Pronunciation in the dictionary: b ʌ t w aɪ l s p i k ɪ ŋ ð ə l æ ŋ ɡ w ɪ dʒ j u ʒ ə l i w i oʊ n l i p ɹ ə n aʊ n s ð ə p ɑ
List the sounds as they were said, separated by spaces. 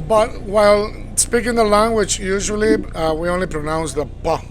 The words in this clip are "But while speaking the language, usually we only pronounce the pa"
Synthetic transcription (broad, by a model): b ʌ t w aɪ l s p i k ɪ ŋ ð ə l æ ŋ ɡ w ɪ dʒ j u ʒ ə l i w i oʊ n l i p ɹ ə n aʊ n s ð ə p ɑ